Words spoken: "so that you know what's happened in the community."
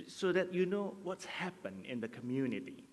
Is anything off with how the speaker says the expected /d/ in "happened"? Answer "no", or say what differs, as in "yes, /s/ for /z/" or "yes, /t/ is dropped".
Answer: yes, /d/ is dropped